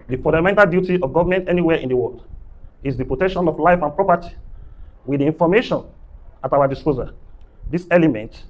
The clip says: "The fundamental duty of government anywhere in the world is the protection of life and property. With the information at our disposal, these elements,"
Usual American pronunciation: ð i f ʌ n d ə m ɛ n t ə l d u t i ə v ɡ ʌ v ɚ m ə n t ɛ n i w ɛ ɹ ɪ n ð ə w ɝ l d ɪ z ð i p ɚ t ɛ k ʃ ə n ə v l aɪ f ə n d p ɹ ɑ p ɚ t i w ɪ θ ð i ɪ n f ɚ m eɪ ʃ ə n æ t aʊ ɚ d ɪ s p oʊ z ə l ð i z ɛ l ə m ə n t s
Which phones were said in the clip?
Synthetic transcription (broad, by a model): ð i f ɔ n d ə m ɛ n t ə l d u t i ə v ɡ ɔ v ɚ m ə n t ɛ n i w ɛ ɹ ɪ n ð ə w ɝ l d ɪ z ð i p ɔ t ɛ k ʃ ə n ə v l aɪ f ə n p ɹ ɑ p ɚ t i w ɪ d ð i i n f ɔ m eɪ ʃ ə n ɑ t aʊ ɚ d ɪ s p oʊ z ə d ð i s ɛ l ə m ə n t